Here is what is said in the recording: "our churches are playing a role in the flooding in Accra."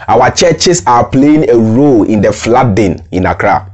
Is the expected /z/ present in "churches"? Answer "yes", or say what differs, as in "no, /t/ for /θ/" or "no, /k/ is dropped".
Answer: no, /s/ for /z/